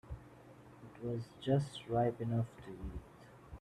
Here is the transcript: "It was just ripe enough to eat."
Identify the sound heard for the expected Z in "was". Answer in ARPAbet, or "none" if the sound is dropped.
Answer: Z